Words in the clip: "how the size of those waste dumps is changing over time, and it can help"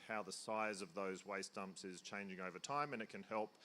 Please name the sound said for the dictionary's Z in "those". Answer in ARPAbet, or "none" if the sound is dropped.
Z